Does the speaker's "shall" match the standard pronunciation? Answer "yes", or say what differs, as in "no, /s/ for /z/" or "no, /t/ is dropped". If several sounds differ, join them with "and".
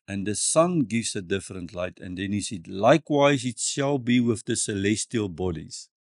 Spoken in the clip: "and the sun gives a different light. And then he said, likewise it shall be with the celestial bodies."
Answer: yes